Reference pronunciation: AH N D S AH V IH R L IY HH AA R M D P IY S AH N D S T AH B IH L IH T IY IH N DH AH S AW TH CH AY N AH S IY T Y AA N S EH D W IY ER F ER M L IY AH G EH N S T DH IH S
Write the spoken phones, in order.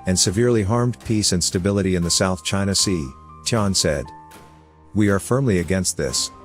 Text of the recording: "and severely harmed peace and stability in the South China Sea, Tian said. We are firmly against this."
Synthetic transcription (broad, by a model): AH N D S AH V IH R L IY HH AA R M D P IY S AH N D S T AH B IH L IH T IY IH N DH AH S AW TH CH AY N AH S IY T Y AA N S EH D W IY ER F ER M L IY AH G EH N S T DH IH S